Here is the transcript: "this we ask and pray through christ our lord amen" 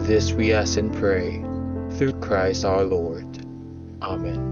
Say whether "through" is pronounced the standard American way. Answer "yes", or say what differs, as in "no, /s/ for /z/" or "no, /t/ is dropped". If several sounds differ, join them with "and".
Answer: yes